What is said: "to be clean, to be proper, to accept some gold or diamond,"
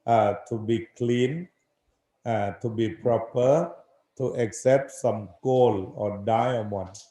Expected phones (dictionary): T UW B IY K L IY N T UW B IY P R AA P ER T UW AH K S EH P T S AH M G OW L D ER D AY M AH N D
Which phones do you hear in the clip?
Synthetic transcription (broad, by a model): T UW B IY K L IY N T UW B IY P R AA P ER T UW AH K S EH P T S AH M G OW L AO D AY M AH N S